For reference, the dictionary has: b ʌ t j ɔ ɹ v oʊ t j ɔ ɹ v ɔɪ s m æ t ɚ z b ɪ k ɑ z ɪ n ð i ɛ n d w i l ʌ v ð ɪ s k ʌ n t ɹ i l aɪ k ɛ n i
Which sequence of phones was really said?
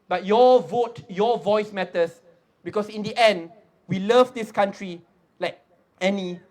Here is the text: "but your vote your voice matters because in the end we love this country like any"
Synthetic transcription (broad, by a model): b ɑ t j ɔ v oʊ t j ɔ v ɔɪ s m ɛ t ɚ s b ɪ k ɑ s ɪ n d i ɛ n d w i l ʌ v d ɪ s k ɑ n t ɹ i l aɪ k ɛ n i